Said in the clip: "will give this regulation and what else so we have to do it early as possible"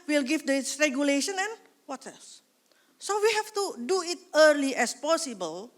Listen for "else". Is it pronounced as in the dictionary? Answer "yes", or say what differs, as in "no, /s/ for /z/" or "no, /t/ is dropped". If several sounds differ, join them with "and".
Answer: no, /l/ is dropped